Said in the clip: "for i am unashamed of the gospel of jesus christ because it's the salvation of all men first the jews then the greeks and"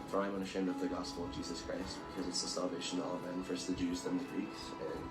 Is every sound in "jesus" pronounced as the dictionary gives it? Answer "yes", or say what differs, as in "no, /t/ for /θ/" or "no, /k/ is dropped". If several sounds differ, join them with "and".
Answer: yes